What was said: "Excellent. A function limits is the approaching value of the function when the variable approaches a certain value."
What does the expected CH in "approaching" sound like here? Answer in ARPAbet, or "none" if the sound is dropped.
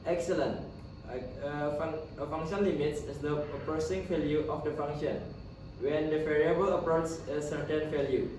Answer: S